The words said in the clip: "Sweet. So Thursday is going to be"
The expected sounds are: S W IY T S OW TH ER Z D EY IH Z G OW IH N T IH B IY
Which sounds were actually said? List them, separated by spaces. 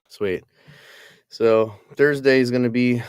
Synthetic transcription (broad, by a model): S W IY T S OW TH ER Z D EY IH Z G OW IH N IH B IY